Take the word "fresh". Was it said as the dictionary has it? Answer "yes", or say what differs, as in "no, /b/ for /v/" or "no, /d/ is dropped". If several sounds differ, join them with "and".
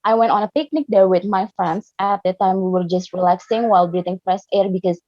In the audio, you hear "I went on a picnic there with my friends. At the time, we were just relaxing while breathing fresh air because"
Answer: no, /s/ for /ʃ/